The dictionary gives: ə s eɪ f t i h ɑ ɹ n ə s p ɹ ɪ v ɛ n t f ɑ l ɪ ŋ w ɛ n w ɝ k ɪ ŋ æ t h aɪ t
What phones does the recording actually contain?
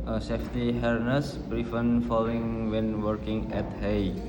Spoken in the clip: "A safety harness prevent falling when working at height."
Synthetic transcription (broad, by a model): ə s eɪ f t i h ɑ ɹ n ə s b ɹ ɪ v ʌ n f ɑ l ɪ ŋ w ɛ n w ɝ k ɪ ŋ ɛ t h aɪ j